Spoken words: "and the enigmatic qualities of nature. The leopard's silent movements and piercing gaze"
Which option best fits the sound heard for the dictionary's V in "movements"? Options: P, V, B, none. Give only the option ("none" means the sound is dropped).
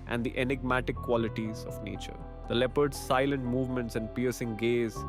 V